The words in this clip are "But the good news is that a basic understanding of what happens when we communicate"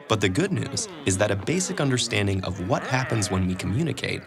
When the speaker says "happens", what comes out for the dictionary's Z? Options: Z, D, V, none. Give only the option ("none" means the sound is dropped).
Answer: Z